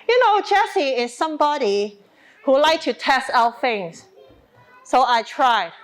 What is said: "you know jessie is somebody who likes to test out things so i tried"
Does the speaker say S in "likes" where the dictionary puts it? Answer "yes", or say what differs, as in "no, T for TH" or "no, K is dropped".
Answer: no, S is dropped